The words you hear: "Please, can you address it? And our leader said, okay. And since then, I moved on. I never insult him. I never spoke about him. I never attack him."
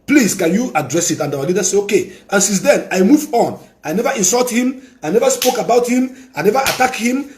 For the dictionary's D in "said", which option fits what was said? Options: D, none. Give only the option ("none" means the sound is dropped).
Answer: none